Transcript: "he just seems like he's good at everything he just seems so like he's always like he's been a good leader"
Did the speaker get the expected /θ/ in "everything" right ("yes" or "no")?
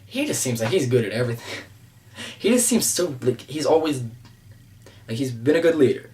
yes